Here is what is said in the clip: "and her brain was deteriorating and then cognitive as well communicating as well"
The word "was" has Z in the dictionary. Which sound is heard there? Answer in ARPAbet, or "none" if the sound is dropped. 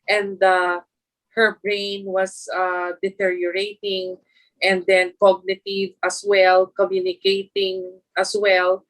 S